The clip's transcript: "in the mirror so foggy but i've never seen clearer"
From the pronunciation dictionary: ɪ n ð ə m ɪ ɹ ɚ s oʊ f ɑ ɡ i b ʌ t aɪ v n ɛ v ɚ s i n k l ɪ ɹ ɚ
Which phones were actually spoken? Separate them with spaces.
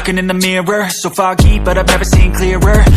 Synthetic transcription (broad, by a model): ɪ n ð ə m ɪ ɹ ɚ s oʊ f ɑ ɡ i b ʌ t aɪ v n ɛ v ɚ s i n k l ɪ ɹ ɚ